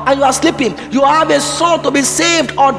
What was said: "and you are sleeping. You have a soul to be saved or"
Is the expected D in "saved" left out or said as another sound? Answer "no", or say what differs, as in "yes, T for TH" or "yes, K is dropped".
no